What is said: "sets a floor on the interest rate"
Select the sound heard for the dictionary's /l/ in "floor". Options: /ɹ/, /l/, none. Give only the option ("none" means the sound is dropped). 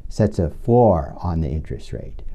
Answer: none